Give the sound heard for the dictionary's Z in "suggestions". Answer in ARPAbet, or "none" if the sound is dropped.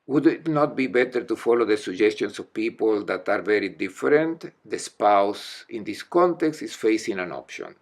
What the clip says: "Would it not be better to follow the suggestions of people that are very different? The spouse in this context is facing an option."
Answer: S